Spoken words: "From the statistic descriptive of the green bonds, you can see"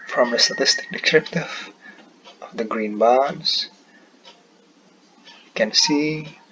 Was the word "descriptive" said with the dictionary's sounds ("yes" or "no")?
no